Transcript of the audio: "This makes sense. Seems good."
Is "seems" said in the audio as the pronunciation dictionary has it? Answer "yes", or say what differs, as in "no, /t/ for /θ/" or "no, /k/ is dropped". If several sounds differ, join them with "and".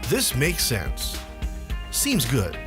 yes